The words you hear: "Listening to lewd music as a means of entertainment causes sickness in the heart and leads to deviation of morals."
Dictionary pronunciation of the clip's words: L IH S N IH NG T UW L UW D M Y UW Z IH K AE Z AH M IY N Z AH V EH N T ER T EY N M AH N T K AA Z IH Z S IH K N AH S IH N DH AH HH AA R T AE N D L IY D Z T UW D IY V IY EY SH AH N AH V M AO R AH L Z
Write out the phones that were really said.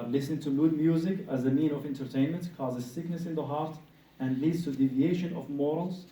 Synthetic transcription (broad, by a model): L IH S N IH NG T UW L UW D M Y UW Z IH K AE Z AH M IY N AH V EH N T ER T EY N M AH N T K AA Z IH Z S IH K N AH S IH N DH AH HH AA R T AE N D L IY D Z T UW D IY V IY EY SH AH N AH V M AO R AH L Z